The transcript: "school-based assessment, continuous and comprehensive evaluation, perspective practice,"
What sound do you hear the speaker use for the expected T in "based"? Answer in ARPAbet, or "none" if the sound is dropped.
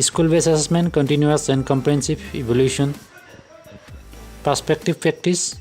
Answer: none